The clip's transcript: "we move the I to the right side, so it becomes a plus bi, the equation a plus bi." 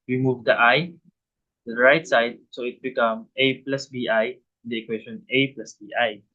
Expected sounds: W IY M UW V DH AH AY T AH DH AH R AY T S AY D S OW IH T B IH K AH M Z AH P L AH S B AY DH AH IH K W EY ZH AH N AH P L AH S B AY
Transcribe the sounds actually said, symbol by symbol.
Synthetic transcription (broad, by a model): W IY M UW V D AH AY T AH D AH R AY T S AY D S OW IH T B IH K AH M AH P L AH S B AY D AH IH K W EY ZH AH N AH P L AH S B AY